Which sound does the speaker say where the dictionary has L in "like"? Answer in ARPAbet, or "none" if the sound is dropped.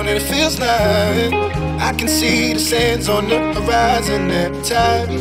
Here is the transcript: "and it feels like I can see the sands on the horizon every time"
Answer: N